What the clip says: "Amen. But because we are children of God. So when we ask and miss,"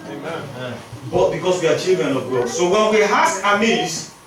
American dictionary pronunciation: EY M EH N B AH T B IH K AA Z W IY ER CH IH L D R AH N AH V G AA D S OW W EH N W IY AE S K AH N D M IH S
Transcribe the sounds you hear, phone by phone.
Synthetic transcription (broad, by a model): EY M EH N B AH T B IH K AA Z W IY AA CH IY L D R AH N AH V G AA S OW W EH N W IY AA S AH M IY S